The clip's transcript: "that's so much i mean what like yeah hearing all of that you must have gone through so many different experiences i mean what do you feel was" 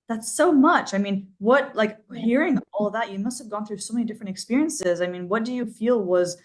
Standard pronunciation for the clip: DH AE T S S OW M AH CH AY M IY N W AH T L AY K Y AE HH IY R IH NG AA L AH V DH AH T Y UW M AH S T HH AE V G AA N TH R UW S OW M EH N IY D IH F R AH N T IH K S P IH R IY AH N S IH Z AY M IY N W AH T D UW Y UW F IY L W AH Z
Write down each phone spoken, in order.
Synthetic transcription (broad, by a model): DH AE T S S OW M AH CH AY M IY N W AH T L AY K HH IY R IH NG AA L DH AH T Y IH M AH S T HH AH V G AA N TH R UW S OW M EH N IY D IH F R AH N T IH K S P IH R IY AH N S IH Z AY M IY N W AH T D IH Y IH F IY L W AH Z